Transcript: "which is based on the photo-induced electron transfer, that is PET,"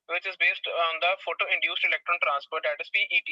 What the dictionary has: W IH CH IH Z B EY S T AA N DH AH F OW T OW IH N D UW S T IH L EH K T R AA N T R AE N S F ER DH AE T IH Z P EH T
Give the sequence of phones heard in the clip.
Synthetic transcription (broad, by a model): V IH CH IH Z B EY S T AA N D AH F OW T OW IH N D UW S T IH L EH K T R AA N T R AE N S P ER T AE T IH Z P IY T